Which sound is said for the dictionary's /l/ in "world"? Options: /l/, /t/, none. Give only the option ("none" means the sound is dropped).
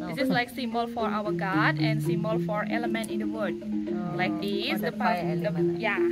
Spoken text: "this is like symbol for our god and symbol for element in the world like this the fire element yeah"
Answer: none